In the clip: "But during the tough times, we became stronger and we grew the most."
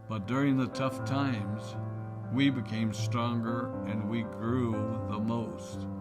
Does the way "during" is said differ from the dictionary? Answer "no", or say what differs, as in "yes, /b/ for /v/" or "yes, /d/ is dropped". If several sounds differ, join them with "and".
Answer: no